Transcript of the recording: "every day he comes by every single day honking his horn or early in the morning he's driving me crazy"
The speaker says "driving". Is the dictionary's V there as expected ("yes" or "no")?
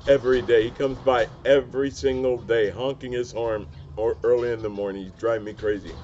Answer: no